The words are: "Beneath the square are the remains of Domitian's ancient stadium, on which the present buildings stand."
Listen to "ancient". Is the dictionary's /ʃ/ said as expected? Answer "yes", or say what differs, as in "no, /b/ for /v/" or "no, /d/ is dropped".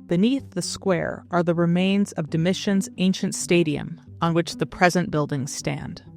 yes